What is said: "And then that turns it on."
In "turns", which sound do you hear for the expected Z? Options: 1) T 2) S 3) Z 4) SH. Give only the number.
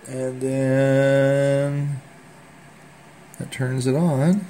3